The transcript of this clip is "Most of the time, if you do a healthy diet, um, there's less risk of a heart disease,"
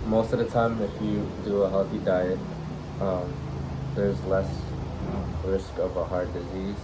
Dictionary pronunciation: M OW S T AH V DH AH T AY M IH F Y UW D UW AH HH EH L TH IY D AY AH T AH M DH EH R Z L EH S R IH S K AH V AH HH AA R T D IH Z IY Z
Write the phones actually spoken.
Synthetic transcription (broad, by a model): M OW S T AH V DH AH T AY M IH F Y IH D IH AH HH EH L TH IY D AY AH T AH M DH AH R Z L EH S R IH S K AH V AH HH AA R D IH Z IY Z